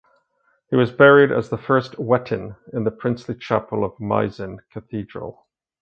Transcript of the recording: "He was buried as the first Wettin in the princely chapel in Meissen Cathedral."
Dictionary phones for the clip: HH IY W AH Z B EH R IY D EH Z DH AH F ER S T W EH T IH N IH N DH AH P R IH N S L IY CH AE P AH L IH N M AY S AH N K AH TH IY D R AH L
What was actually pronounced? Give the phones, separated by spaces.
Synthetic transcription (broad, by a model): HH IY W AH Z B EH R IY D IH Z DH AH F ER S T W EH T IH N IH N DH AH P R IH N S L IY CH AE P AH L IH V M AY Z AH N K AH TH IY D R AH L